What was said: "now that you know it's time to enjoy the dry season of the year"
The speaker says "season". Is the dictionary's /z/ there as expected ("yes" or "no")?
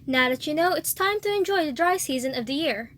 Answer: yes